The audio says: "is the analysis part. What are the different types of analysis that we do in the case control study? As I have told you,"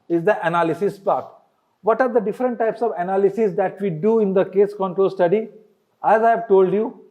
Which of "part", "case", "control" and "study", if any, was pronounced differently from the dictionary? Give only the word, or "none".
none